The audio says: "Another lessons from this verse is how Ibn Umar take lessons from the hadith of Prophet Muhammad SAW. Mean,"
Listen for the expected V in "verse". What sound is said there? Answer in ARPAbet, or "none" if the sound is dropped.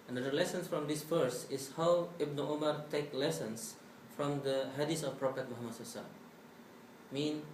F